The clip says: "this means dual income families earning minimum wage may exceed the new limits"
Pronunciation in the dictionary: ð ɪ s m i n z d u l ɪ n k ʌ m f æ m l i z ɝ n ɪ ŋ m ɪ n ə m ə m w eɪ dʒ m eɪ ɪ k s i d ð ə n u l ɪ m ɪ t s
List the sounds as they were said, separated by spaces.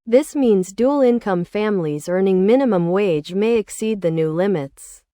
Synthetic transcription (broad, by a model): ð ɪ s m i n z d u l ɪ n k ʌ m f æ m l i z ɝ n ɪ ŋ m ɪ n ə m ə m w eɪ dʒ m eɪ ɪ k s i d ð ə n u l ɪ m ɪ t s